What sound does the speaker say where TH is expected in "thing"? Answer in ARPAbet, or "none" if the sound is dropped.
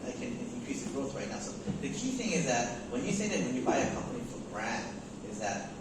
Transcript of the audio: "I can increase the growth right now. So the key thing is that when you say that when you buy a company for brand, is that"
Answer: TH